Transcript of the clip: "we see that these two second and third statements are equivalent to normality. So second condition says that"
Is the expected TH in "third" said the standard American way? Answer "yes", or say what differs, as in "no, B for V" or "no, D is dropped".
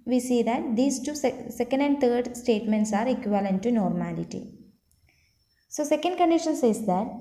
no, T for TH